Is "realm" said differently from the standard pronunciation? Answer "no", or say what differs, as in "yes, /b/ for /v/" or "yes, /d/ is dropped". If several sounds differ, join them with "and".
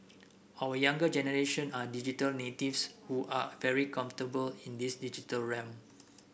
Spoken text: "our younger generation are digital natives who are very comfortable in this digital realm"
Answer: yes, /l/ is dropped